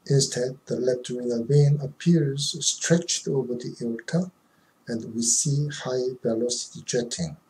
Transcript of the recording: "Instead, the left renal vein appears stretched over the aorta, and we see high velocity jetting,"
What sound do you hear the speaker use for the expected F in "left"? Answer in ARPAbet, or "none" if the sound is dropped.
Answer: P